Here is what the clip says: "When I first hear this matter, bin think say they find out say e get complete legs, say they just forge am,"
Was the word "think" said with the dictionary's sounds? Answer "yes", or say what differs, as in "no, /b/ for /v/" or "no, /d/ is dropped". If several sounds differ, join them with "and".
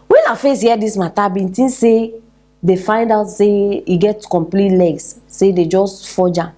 no, /t/ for /θ/